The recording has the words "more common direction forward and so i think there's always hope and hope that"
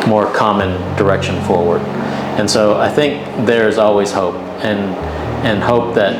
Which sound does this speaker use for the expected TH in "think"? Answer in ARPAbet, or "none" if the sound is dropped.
TH